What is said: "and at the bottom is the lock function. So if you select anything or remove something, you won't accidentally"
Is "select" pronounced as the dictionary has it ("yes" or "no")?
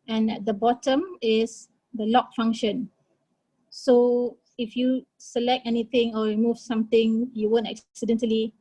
yes